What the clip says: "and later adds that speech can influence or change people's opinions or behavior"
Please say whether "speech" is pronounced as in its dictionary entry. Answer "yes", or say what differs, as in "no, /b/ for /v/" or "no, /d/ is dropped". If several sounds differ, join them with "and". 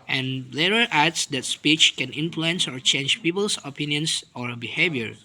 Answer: yes